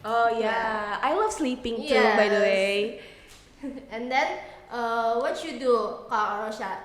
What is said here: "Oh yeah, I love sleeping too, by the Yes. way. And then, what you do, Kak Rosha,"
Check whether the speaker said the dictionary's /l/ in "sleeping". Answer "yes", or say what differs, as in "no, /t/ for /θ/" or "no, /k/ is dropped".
yes